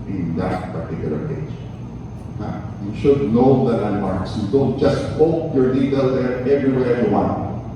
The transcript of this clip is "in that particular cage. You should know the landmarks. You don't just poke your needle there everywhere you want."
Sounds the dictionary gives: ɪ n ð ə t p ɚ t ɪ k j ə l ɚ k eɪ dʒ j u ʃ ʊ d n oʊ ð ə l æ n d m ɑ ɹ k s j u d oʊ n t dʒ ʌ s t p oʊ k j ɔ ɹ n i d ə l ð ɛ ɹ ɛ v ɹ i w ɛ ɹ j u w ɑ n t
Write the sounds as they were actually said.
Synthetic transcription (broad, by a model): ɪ n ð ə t p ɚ t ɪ k j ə l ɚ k eɪ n j u ʃ ʊ d n oʊ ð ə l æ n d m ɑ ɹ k s j u d oʊ n t dʒ ʌ s t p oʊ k j ɔ ɹ l i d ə l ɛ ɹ ɛ v ɹ i w ɛ ɹ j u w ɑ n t